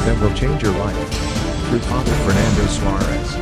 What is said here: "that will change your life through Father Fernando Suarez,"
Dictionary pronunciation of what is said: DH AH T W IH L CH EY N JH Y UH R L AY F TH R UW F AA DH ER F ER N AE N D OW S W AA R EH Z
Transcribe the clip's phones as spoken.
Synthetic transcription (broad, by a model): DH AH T W IH L CH EY N JH Y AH R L AY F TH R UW P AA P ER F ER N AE N D OW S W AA R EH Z